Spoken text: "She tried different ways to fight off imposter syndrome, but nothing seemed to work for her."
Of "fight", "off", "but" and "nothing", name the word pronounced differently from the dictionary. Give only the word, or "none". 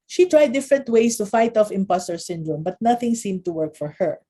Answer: none